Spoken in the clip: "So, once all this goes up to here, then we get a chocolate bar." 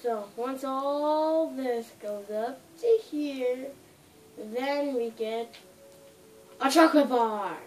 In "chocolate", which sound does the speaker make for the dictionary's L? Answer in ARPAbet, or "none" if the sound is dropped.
none